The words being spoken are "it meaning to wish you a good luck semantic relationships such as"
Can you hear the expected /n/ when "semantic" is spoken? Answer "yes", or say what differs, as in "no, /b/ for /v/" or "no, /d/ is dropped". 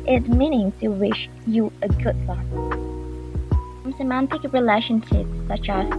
yes